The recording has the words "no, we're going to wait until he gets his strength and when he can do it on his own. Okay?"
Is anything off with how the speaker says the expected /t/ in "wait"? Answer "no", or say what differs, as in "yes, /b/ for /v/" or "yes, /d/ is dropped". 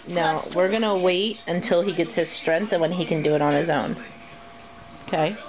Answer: no